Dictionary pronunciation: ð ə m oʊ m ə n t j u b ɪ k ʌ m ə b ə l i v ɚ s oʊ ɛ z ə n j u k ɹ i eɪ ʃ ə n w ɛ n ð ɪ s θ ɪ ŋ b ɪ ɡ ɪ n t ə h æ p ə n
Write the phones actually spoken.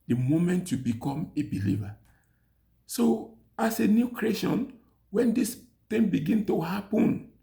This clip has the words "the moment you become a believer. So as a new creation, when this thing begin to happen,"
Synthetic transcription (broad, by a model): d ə m oʊ m ə n t j u b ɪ k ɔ m ə b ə l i v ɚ s oʊ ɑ s ə n j u k ɹ i eɪ ʃ ə n w ɛ n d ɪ s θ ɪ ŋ b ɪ ɡ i n t ə h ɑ p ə n